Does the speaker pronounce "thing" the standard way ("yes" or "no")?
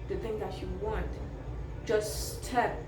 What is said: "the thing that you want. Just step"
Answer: yes